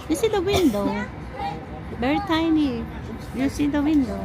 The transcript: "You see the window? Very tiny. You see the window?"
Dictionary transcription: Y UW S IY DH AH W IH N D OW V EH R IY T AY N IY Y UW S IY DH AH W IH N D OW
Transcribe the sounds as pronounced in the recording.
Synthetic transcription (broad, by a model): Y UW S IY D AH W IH N D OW B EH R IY T AY N IY Y UW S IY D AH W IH N D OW